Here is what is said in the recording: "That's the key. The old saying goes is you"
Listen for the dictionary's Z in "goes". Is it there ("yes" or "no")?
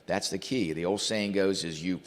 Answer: yes